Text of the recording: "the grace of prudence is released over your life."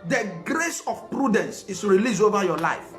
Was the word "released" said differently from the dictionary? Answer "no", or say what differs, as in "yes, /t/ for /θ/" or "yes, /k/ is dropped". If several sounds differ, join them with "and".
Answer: yes, /t/ is dropped